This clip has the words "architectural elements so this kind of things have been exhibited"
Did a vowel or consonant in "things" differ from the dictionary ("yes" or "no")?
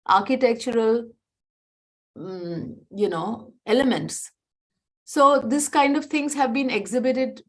yes